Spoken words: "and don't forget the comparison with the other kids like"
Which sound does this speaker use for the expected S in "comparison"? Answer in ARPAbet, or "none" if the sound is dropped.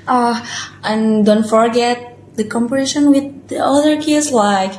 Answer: SH